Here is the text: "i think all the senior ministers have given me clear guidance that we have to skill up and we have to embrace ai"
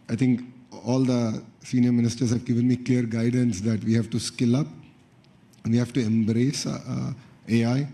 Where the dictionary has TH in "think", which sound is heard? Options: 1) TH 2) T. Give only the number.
2